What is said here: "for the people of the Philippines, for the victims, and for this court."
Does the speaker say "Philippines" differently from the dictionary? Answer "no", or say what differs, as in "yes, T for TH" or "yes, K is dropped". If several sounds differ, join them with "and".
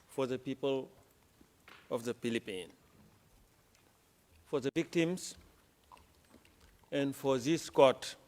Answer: yes, Z is dropped